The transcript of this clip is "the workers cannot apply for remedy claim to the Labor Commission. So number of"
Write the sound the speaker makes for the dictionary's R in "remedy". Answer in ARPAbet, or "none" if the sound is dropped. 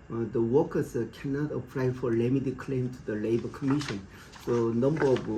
L